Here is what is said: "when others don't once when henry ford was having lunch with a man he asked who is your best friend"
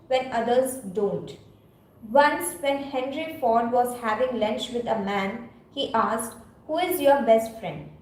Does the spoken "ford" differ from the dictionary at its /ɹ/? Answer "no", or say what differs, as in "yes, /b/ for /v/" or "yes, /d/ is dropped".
no